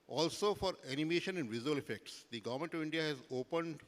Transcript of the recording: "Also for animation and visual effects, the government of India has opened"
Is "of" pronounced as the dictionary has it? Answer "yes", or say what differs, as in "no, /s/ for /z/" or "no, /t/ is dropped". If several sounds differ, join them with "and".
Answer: yes